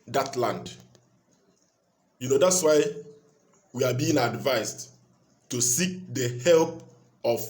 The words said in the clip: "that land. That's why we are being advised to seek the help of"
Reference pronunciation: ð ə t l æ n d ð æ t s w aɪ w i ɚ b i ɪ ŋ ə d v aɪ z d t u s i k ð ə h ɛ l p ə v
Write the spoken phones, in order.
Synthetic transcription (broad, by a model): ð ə t l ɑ n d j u t s w aɪ w i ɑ b i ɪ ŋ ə d v aɪ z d t u s i k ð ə h ɛ l p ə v